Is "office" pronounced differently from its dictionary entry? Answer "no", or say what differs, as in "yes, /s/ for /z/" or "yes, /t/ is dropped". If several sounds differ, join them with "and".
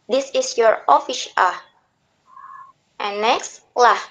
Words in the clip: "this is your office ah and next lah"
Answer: yes, /ʃ/ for /s/